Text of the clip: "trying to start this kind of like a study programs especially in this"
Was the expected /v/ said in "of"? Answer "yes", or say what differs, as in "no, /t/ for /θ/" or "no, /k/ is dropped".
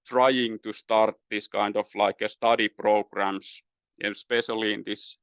no, /f/ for /v/